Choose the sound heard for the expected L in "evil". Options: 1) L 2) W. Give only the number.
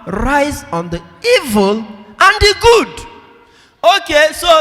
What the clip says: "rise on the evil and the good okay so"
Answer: 1